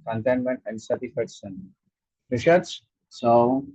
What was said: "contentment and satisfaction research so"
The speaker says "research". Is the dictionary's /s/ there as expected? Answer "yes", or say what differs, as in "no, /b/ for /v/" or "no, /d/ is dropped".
no, /ʃ/ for /s/